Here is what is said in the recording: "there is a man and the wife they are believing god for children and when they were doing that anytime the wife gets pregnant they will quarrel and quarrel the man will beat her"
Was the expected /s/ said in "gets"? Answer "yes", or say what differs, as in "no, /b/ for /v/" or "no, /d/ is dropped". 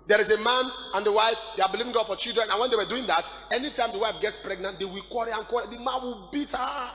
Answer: yes